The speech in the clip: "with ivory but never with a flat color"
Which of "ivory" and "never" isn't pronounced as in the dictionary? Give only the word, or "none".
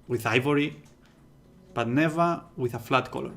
none